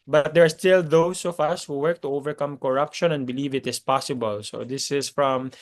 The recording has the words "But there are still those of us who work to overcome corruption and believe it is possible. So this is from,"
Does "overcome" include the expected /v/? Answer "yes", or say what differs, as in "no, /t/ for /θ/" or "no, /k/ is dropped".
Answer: yes